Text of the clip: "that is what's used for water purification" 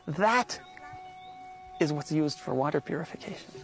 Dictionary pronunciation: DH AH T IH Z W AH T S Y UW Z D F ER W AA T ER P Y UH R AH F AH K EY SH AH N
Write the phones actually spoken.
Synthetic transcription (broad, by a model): DH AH T IH Z W AH T S Y UW Z D F ER W AA T ER P Y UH R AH F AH K EY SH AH N